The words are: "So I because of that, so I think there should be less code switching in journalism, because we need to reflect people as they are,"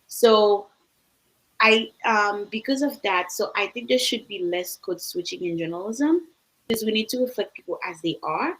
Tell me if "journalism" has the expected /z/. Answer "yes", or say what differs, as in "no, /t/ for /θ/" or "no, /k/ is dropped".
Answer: yes